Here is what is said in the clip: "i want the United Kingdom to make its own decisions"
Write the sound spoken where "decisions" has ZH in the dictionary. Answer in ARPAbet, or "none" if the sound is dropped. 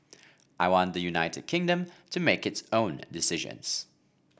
ZH